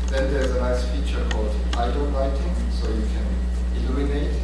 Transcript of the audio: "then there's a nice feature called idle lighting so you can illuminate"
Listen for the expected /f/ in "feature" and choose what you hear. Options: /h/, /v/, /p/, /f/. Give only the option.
/f/